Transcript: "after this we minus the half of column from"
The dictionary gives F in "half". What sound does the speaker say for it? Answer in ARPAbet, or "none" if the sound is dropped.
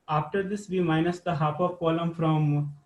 P